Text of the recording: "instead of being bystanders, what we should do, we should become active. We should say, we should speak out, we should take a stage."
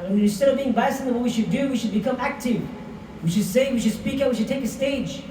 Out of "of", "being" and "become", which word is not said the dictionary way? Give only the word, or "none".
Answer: none